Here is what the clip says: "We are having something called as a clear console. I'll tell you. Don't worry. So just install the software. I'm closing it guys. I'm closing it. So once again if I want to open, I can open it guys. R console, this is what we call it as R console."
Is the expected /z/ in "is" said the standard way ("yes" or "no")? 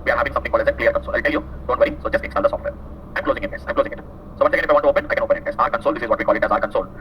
yes